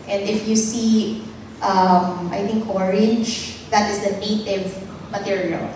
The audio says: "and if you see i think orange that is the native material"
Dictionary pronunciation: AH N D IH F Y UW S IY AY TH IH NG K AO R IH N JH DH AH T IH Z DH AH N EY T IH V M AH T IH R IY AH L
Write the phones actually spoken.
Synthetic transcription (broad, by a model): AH N D IH F Y UW S IY AY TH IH NG K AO R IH JH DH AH T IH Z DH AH N EY T IH V M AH T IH R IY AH L